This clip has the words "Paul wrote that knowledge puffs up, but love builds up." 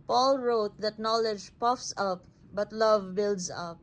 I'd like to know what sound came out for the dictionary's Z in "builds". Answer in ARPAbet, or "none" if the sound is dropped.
S